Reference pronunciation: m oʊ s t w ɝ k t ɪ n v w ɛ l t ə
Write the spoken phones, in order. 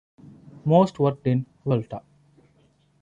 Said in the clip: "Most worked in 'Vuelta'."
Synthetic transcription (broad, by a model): m oʊ s t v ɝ t ɪ n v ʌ l t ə